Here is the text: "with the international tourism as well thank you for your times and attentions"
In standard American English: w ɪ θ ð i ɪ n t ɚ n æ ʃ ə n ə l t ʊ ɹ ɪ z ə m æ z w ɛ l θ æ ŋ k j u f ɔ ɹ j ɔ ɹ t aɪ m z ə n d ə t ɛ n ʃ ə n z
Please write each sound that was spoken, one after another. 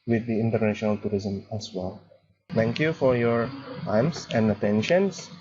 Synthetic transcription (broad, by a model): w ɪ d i ɪ n t ɚ n æ ʃ ə n ə l t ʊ ɹ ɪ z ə m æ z w ɛ l t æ ŋ k j u f ɔ ɹ j ɔ ɹ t aɪ m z ə n d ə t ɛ n ʃ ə n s